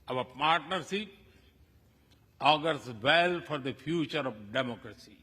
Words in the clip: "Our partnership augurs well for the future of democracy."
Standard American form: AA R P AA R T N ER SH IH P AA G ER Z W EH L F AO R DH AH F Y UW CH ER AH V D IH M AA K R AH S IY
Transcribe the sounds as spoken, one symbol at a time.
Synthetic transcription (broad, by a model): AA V P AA R T N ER S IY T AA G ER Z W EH L F AO R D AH F Y UW CH ER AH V D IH M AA K R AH S IY